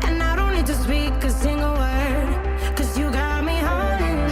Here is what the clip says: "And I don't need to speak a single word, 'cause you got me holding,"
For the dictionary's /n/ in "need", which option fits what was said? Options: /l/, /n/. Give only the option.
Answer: /l/